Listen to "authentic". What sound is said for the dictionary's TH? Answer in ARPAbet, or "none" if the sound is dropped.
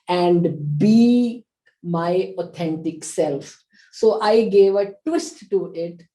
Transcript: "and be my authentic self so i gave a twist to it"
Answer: T